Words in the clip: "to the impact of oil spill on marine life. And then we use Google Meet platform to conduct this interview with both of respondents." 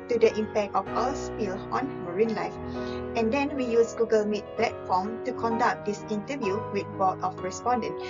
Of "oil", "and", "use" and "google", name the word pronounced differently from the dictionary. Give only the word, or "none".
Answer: oil